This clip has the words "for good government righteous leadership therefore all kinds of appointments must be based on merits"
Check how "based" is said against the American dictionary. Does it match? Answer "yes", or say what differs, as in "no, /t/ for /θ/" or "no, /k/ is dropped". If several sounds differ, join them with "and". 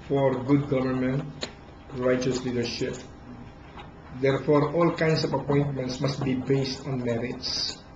yes